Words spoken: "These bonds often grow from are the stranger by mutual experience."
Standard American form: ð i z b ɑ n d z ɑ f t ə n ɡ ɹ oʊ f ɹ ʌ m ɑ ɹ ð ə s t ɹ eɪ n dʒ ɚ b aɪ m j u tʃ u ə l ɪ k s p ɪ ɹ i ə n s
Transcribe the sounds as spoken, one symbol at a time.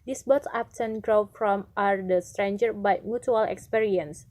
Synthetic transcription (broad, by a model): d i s b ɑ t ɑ p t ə n ɡ ɹ oʊ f ɹ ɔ m ɑ ɹ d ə s t ɹ eɪ n dʒ ɚ b aɪ m j u tʃ u ə l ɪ k s p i ɹ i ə n s